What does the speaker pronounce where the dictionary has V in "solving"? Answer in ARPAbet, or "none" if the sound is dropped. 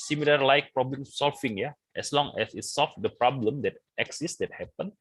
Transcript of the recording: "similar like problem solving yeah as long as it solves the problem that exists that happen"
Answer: F